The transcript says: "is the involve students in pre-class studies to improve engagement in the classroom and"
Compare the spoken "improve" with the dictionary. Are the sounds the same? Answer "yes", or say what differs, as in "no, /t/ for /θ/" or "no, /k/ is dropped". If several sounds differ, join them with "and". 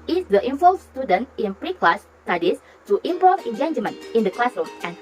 no, /ɹ/ is dropped